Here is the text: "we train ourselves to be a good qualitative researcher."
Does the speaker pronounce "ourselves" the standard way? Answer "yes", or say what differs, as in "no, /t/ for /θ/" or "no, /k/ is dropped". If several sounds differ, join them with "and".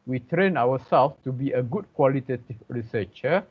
no, /w/ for /ɹ/